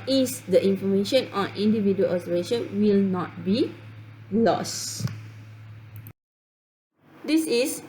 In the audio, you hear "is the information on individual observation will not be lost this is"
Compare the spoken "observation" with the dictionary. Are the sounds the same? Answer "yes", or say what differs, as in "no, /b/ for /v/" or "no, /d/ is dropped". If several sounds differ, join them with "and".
no, /b/ is dropped